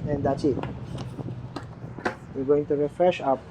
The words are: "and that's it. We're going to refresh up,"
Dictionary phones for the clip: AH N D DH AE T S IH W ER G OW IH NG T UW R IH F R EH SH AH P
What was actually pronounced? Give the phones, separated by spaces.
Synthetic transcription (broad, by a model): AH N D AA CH IH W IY G OW IH NG T UW R IH F R EH SH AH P